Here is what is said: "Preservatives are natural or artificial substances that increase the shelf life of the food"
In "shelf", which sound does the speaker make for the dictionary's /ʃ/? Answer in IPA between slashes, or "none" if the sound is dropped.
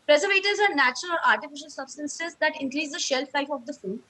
/ʃ/